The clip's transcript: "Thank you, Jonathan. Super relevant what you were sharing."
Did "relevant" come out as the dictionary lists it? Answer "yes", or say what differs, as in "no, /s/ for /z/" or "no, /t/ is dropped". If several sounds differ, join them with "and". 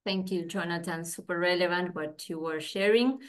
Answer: yes